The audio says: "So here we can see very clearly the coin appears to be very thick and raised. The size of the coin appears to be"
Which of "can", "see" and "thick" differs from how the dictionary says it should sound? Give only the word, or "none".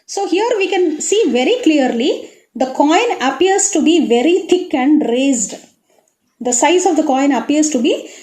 thick